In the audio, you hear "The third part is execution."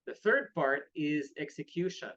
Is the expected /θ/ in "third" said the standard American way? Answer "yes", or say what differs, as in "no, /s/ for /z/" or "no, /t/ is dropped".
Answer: yes